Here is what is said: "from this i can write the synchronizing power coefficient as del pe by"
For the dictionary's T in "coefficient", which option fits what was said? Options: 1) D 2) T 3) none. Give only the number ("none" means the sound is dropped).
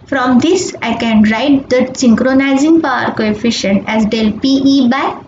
2